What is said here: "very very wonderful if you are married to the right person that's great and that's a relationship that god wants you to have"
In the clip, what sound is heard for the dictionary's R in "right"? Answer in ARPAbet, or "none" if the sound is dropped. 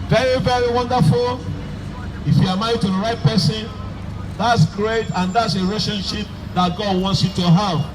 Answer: R